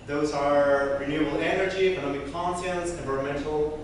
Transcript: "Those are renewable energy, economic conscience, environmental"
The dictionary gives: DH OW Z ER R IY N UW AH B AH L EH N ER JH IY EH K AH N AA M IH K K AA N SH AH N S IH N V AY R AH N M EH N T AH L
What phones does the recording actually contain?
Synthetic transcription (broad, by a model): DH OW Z ER R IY N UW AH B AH L EH N ER JH IY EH K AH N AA M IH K K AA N S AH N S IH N V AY R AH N M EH N T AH L